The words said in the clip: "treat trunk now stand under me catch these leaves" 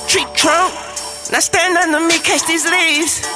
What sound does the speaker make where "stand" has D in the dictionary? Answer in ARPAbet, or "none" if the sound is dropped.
D